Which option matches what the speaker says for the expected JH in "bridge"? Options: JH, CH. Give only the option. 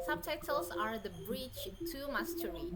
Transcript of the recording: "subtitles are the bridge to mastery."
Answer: CH